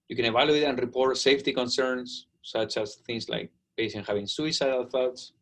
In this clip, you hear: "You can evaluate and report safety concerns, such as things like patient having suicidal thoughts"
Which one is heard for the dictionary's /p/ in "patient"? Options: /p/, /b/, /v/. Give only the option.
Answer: /b/